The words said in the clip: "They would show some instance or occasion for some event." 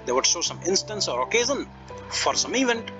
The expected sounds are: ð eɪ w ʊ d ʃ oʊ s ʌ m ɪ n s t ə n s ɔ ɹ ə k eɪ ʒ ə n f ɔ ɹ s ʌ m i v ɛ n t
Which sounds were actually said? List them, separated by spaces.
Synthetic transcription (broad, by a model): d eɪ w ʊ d s oʊ s ʌ m ɪ n s t ə n s ɔ ɹ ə k eɪ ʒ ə n f ɔ ɹ s ʌ m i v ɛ n t